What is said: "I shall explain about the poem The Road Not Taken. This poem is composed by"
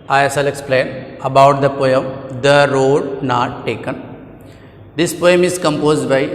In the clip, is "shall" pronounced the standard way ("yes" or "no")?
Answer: no